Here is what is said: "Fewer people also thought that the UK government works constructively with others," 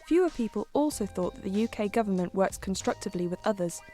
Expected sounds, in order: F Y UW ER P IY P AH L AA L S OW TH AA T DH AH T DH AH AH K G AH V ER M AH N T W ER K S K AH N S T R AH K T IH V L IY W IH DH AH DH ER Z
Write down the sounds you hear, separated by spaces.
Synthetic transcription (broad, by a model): F Y UW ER P IY P AH L AA L S OW TH AA T DH AH T DH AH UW K G AH V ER M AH N T W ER K S K AH N S T R AH K T IH V L IY W IH DH AH DH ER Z